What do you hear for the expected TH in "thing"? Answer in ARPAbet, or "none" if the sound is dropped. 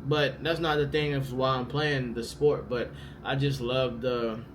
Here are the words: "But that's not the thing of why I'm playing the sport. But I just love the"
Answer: TH